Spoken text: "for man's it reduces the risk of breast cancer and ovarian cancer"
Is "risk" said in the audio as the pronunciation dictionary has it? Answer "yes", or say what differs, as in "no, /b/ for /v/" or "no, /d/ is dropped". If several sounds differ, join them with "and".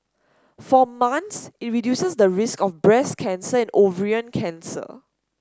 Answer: yes